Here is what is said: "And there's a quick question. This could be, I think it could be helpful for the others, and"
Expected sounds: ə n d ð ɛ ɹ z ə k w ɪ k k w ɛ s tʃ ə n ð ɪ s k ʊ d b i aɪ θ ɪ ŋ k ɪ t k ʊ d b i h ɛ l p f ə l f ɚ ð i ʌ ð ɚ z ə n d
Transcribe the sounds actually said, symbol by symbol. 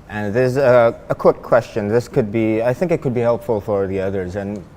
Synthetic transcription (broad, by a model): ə n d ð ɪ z ə k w ɪ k k w ɛ s tʃ ə n ð ɪ s k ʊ d b i aɪ θ ɪ ŋ k ɪ t k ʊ d b i h ɛ l p f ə l f ɚ ð i ʌ ð ɚ z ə n